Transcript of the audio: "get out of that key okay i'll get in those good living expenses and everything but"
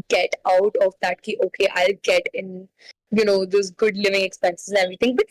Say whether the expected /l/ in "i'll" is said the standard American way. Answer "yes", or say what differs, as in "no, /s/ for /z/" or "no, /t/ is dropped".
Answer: yes